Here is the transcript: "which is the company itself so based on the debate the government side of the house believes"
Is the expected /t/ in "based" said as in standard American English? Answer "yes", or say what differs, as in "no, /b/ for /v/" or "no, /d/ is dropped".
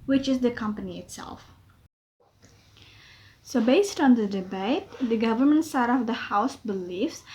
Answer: yes